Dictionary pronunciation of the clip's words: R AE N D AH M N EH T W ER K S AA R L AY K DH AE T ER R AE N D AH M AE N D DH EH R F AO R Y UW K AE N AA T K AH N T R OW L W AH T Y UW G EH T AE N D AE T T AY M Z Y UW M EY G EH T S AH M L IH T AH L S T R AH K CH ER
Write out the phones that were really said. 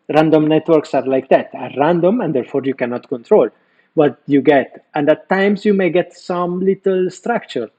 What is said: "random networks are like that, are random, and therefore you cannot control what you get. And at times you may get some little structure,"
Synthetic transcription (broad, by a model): R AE N D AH M N EH T W ER K S AA R L AY K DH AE T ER R AE N D AH M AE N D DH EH R F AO R Y UW K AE N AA T K AH N T R OW L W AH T Y UW G EH T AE N D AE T T AY M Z Y UW M EY G EH T S AH M L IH T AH L S T R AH K CH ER